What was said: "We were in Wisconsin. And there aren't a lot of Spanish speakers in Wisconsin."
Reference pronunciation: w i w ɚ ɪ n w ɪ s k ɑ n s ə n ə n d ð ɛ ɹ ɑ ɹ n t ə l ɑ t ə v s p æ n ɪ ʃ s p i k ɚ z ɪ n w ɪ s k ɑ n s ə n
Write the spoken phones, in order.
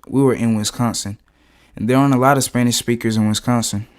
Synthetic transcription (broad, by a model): w i w ɚ ɪ n w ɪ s k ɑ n s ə n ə n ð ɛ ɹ ɹ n ə l ɑ t ə v s p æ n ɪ ʃ s p i k ɚ z ɪ n w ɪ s k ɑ n s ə n